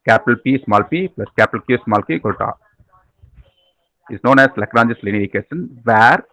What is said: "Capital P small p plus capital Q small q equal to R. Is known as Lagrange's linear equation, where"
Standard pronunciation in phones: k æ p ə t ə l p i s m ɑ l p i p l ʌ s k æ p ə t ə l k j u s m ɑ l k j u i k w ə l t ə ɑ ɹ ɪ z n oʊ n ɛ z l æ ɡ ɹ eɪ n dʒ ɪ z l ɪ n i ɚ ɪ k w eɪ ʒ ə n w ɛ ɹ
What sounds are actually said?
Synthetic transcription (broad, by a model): k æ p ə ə l p i s m ɑ l p i p l ʌ s k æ p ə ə l k j u s m ɑ l k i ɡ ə t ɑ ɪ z n oʊ n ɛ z l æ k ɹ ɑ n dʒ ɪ s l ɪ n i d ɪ k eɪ ʃ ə n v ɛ ɹ